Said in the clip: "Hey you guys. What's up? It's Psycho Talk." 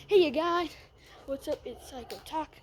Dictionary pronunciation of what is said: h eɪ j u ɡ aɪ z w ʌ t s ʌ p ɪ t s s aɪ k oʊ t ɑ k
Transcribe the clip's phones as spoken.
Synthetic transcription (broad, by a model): h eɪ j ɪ ɡ aɪ w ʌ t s ʌ p ɪ t s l aɪ k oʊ t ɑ k